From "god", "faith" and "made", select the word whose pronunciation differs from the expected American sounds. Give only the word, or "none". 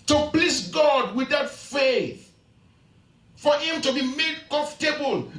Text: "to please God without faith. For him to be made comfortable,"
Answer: none